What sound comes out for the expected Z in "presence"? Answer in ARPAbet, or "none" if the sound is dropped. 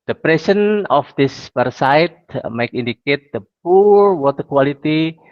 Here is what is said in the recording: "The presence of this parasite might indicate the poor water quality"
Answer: S